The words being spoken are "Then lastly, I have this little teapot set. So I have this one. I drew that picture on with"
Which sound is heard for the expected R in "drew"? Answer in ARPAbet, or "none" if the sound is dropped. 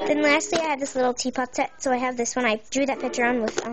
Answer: none